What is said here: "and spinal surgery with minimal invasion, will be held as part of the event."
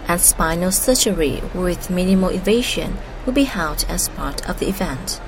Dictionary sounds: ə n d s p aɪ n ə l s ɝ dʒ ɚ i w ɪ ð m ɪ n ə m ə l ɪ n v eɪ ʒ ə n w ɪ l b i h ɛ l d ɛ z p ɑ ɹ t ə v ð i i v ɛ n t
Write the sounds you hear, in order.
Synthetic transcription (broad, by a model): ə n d s p aɪ n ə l s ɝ tʃ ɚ i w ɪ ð m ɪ n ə m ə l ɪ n v eɪ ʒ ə n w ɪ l b i h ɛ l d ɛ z p ɑ ɹ t ə v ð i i v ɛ n t